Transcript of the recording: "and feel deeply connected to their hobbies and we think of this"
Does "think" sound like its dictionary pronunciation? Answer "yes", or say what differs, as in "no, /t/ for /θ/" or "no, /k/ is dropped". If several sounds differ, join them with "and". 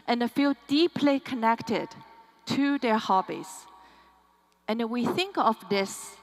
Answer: yes